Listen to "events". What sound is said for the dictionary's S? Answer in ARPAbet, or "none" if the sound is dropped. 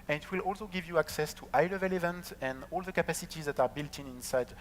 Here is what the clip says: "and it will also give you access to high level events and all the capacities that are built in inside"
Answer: none